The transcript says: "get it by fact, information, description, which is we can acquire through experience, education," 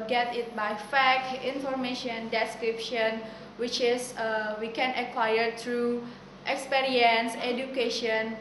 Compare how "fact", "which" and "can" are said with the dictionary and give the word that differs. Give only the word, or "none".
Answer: fact